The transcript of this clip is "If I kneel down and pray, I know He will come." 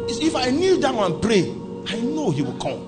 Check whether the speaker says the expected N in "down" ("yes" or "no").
no